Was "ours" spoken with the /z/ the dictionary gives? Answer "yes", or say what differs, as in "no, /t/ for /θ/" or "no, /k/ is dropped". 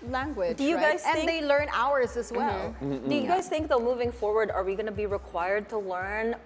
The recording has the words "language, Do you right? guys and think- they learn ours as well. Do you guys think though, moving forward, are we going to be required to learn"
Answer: yes